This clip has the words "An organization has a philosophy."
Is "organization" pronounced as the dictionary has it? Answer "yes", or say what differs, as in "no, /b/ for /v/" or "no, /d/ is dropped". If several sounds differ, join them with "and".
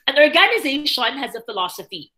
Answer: yes